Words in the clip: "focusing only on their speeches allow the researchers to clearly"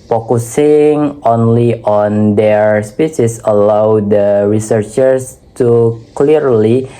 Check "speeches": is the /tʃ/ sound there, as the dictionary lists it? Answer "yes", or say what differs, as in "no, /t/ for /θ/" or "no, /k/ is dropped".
no, /s/ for /tʃ/